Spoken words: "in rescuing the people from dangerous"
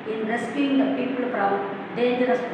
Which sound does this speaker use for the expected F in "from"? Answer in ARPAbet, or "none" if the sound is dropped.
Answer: P